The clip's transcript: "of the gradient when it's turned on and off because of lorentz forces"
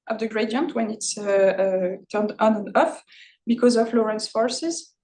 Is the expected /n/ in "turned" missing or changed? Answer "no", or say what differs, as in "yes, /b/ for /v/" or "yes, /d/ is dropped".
no